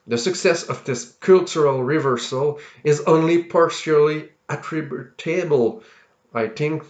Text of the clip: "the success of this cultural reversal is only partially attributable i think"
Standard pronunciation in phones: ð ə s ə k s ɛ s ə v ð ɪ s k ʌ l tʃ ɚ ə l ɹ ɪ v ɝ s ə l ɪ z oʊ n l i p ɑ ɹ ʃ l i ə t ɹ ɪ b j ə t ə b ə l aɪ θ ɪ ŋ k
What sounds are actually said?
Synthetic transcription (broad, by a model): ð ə s ə k s ɛ s ə v ð ɪ s k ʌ l tʃ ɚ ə l ɹ ɪ v ɝ s ə l ɪ z oʊ n l i p ɑ ɹ ʃ l i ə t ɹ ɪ b j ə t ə b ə l aɪ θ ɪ ŋ k